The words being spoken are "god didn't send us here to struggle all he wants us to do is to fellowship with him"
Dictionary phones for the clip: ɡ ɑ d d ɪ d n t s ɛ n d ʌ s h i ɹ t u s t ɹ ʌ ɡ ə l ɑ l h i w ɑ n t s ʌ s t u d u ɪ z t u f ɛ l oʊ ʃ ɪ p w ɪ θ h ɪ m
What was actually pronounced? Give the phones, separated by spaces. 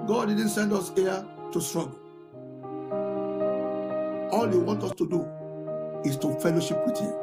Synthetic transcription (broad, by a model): ɡ ɑ d d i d n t s ɛ n d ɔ s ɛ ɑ t u s t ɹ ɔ ɡ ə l ɑ l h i w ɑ n t ɔ s t u d u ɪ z t u f ɛ l oʊ ʃ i p w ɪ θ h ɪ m